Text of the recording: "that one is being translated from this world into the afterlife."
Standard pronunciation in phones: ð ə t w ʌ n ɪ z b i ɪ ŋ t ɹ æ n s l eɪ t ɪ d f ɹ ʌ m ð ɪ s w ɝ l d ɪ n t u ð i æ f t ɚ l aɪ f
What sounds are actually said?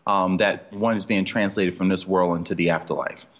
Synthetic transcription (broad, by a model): ð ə t w ʌ n ɪ z b i ɪ ŋ t ɹ æ n s l eɪ t ɪ d f ɹ ʌ m ð ɪ s w ɝ l d ɪ n t u ð i æ f t ɚ l aɪ f